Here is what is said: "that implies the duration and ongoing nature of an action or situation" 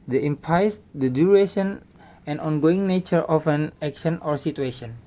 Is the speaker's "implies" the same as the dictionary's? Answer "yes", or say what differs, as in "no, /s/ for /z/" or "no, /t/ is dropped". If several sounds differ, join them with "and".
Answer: no, /l/ is dropped